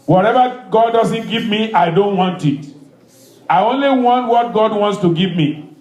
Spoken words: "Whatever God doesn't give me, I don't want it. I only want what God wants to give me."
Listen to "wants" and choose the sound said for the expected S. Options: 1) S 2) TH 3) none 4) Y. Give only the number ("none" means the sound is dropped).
1